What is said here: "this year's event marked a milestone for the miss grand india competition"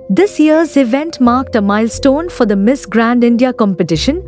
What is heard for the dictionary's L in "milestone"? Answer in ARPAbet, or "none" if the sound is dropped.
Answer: L